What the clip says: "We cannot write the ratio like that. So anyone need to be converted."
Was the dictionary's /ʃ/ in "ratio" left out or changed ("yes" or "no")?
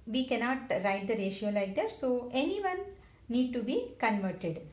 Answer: no